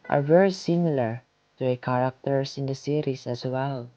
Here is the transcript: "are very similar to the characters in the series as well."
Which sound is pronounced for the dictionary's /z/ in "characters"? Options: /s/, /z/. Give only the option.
/s/